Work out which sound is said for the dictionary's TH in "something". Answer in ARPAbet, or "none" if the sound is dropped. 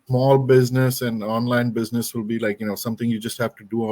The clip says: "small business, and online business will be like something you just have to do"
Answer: T